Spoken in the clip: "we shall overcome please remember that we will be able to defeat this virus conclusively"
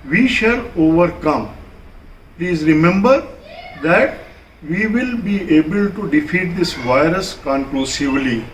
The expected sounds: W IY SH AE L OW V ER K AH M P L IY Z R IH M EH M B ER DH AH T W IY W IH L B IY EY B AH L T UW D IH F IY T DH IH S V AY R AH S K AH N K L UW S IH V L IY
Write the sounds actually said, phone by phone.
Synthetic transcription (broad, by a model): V IY SH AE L OW V ER K AH M P L IY Z R IH M EH M B ER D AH T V IY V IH L B IY EY B AH L T UW D IH F IY T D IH S V AY R AH S K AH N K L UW S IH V L IY